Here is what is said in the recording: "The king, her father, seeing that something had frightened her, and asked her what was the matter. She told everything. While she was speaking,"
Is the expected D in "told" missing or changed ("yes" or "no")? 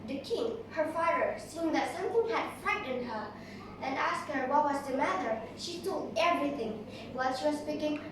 yes